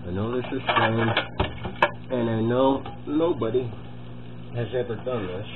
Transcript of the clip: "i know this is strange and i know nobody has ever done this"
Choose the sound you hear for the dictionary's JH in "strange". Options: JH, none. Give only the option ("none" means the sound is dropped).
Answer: none